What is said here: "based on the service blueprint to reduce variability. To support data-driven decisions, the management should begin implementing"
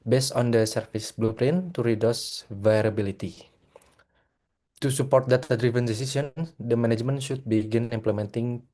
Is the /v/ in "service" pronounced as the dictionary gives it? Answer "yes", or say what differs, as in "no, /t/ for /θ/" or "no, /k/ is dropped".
no, /f/ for /v/